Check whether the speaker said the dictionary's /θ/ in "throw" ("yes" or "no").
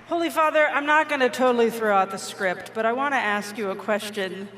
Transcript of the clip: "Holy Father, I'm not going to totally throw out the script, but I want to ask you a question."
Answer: yes